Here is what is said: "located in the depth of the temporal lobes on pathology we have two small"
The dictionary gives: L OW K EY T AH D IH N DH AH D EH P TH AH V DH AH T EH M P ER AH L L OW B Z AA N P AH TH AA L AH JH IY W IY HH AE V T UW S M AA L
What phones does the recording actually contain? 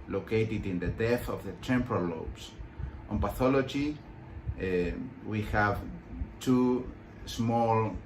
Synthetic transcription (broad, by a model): L OW K EY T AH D IH N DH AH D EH TH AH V DH AH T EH M P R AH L L OW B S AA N P AH TH AA L AH JH IY W IY HH AE V T UW S M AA L